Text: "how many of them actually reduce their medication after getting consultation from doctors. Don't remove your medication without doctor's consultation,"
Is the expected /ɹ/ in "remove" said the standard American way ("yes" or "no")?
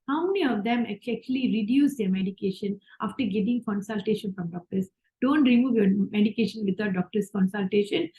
yes